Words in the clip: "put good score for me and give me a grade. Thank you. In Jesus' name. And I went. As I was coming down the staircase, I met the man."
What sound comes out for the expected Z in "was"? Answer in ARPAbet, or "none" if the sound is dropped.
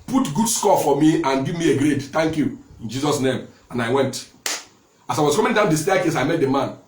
S